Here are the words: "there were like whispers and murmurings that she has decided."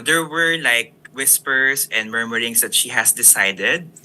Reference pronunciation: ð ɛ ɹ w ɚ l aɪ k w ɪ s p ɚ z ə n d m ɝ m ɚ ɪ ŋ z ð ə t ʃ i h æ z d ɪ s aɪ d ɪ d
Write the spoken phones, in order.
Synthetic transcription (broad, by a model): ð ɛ ɹ w ɚ l aɪ k w ɪ s p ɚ s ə n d m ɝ m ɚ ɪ ŋ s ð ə t ʃ i h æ s d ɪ s aɪ d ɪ d